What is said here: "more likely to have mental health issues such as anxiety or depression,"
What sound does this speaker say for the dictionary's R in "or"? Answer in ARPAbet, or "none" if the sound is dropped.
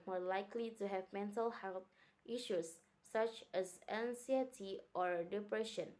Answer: R